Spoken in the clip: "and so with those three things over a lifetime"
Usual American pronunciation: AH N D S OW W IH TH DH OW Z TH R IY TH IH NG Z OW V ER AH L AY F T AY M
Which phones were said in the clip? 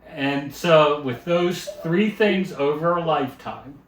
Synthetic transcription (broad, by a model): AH N S OW W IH DH OW Z TH R IY TH IH NG Z OW V ER AH L AY F T AY M